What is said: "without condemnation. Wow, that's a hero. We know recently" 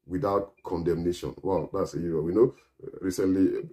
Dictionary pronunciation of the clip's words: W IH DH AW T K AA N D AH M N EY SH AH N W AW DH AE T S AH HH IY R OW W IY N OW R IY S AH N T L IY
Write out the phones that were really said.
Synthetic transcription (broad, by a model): W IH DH AW T K AA N D AH M N EY SH AH N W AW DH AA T S AH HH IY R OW W IY N OW R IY S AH N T L IY